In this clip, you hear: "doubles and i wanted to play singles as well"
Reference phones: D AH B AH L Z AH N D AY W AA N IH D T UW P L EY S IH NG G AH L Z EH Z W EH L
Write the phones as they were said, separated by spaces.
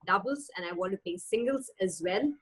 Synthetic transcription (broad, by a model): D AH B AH L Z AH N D AY W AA N T UW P EY S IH NG G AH L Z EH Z W EH L